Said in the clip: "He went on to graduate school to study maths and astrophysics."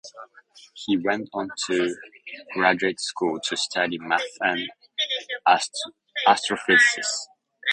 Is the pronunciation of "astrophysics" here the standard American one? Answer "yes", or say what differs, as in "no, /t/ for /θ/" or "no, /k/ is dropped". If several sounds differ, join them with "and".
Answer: no, /s/ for /z/ and /k/ is dropped